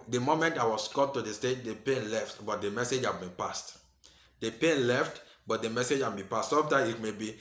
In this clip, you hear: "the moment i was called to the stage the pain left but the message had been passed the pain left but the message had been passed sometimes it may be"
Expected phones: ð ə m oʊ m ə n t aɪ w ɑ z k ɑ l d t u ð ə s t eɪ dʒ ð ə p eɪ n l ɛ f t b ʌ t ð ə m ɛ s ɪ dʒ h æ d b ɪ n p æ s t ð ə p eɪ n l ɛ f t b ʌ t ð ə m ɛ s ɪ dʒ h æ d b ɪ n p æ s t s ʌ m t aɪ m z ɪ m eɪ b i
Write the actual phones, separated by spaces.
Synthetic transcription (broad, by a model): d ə m oʊ m ə n t aɪ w ɑ s k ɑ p t u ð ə s t eɪ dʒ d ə p eɪ n l ɛ f t b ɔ t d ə m ɛ s ɪ dʒ h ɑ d b ɪ n p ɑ s t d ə p eɪ n l ɛ f t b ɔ t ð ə m ɛ s ɪ dʒ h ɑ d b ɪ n p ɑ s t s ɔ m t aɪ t m eɪ b i